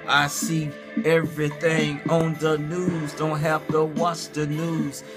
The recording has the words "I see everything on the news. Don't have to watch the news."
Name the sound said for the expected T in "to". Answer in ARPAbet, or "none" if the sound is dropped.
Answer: T